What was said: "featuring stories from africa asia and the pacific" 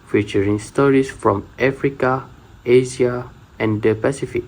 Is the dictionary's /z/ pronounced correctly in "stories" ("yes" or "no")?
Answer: no